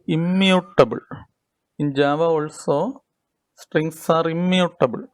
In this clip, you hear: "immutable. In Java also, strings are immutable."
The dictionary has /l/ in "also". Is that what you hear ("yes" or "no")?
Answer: yes